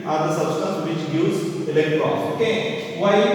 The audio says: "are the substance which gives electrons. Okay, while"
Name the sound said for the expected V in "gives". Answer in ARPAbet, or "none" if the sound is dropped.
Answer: none